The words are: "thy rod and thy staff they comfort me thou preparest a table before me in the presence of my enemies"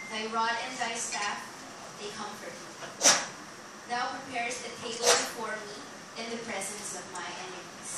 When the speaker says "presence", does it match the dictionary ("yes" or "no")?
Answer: yes